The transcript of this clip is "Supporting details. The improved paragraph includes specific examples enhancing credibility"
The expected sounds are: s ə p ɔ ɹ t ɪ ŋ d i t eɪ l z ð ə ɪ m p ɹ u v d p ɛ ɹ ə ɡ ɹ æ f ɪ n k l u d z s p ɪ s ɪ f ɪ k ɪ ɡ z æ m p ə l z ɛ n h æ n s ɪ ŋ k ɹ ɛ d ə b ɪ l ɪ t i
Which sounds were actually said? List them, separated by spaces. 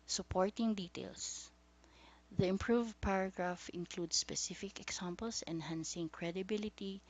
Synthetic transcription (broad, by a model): s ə p ɔ ɹ t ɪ ŋ d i t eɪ l s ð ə ɪ m p ɹ u v d p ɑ ɹ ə ɡ ɹ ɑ f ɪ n k l u d s p ɪ s ɪ f ɪ k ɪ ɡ s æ m p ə l s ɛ n h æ n s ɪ ŋ k ɹ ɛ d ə b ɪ l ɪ t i